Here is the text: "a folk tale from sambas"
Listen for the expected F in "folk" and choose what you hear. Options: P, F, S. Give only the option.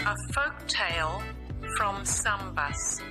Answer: F